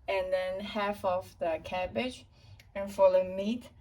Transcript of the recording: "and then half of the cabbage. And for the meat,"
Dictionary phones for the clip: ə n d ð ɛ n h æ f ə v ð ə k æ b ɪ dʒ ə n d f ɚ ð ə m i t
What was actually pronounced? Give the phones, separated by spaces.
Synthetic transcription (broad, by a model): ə n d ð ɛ n h æ f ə f ð ə k æ b ɪ dʒ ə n f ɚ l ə m i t